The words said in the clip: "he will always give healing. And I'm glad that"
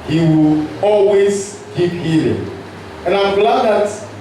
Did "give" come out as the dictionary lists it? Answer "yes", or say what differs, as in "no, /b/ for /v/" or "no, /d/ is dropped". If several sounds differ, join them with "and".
no, /p/ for /v/